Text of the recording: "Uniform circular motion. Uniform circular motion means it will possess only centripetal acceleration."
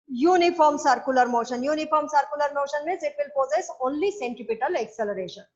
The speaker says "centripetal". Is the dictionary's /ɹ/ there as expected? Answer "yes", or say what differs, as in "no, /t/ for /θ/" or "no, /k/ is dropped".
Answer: no, /ɹ/ is dropped